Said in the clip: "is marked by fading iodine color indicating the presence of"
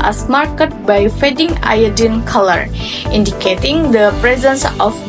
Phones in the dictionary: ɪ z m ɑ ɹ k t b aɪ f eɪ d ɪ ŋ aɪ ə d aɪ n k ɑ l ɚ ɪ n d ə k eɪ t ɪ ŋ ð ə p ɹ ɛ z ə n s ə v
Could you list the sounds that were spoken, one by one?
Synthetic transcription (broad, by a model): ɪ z m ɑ ɹ k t b aɪ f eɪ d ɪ ŋ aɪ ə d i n k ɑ l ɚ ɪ n d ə k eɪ t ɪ ŋ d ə p ɹ ɛ z ə n s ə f